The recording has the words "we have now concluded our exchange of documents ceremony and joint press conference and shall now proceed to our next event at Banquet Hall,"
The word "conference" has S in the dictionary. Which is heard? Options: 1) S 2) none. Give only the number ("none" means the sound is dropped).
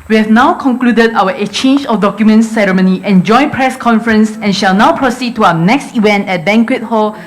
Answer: 1